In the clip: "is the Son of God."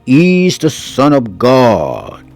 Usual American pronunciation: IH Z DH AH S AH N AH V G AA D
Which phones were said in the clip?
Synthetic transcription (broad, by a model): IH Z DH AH S AH N AH V G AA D